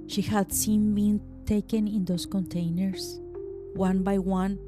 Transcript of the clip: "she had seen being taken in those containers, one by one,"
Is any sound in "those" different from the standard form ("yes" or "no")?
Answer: yes